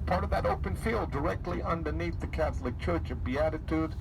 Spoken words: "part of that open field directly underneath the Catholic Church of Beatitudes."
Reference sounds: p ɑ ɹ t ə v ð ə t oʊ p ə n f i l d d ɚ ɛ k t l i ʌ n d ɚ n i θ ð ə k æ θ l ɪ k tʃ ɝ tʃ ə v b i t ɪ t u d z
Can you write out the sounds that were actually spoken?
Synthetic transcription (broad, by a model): p ɑ ɹ t ə v ð ə t oʊ p ə n f i l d d ɚ ɛ k t l i ʌ n d ɚ n i θ ð ə k æ θ l ɪ k tʃ ɝ tʃ ə v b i t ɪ t u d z